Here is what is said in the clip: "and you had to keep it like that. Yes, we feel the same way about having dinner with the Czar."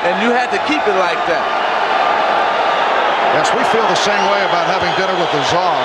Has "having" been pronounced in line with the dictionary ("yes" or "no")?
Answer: yes